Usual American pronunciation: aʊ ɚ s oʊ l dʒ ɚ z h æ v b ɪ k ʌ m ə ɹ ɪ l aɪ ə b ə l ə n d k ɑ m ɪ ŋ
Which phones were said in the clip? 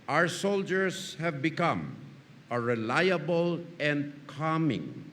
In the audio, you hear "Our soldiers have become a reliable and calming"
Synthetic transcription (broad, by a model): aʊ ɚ s oʊ l dʒ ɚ s h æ v b ɪ k ʌ m ə ɹ ɪ l aɪ ə b ə l ə n d k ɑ m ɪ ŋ